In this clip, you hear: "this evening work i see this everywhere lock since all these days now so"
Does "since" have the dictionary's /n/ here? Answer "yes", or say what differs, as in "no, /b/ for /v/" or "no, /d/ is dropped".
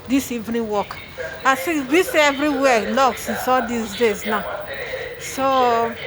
no, /n/ is dropped